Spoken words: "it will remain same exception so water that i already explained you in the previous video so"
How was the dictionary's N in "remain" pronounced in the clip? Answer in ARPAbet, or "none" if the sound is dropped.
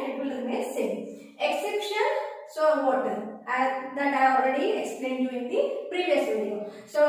L